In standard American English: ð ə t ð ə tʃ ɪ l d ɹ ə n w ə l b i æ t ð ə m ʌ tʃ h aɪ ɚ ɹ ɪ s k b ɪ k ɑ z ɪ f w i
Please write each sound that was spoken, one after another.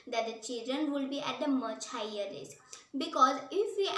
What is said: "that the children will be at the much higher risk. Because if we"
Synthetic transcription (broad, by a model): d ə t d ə tʃ ɪ l d ɹ ə n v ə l b i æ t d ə m ʌ tʃ h aɪ ɚ l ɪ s b ɪ k ɑ z ɪ f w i